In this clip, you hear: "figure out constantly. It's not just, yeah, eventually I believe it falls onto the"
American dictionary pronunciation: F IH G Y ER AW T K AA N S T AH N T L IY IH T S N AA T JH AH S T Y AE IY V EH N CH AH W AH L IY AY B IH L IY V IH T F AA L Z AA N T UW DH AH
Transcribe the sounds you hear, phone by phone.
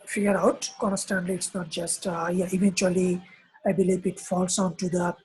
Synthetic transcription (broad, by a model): F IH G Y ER AW T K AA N S T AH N L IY IH T S N AA T JH AH S T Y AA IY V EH N CH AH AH L IY AY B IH L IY P IH T F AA L S AA N T UW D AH